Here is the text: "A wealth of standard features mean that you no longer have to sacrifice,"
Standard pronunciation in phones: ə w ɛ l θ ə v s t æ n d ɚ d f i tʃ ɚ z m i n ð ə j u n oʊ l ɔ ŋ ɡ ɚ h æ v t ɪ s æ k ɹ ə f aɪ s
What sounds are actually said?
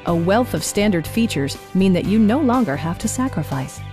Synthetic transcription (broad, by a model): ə w ɛ l θ ə v s t æ n d ɚ d f i tʃ ɚ z m i n ð ə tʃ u n oʊ l ɔ ŋ ɡ ɚ h æ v t ɪ s æ k ɹ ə f aɪ s